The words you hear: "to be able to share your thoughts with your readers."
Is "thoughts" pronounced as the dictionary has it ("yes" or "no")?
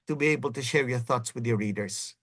yes